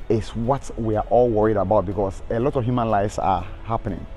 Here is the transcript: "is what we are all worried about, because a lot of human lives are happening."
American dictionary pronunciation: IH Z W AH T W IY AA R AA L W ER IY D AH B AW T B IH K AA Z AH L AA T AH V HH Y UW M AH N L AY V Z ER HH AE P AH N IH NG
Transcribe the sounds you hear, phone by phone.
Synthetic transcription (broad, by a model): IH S W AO T W IY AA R AA L W ER IY D AH B AW T B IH K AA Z AH L AA T AH V HH Y UW M AH N L AY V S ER HH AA P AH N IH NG